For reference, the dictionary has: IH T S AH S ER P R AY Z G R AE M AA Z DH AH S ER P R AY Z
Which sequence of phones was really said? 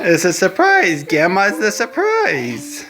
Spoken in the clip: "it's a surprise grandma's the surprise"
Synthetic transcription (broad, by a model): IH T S AH S ER P R AY Z G AE M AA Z DH AH S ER P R AY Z